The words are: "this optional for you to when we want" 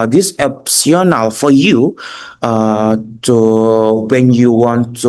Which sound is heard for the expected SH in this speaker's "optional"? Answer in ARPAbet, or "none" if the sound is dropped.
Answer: S